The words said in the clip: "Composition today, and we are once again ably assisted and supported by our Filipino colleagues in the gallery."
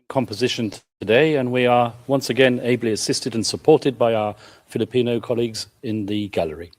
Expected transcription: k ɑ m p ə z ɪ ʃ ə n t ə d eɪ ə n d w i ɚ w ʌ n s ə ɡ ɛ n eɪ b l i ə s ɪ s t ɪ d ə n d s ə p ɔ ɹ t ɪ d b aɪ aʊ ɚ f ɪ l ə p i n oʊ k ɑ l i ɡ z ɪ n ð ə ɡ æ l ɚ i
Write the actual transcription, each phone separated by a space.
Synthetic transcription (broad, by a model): k ɑ m p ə z ɪ ʃ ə n t ə d eɪ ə n w i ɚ w ʌ n s ə ɡ ɛ n eɪ b l i ə s ɪ s t ɪ d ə n s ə p ɔ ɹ t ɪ d b aɪ aʊ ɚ f ɪ l ə p i n oʊ k ɑ l i ɡ z ɪ n ð ə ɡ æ l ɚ i